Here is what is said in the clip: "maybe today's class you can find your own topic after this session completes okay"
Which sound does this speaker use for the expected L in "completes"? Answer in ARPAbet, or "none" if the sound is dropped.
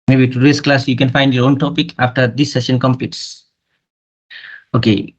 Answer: none